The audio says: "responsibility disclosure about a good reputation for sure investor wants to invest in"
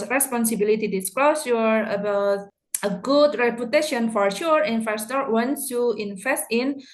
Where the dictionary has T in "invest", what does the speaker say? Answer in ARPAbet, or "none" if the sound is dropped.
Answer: T